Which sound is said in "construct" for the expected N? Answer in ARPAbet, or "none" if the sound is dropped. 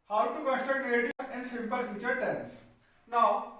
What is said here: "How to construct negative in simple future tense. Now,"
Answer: none